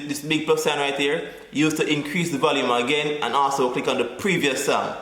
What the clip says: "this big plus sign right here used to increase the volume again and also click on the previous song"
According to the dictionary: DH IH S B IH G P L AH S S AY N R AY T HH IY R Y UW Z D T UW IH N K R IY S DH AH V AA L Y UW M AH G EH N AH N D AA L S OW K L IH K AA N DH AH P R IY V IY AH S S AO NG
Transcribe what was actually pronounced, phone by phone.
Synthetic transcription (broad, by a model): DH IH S B IH G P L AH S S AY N R AY T HH IY R Y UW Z T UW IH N K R IY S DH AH V AA L Y UW M AH G EH N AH N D AA L S OW K L IH K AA N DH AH P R IY V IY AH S S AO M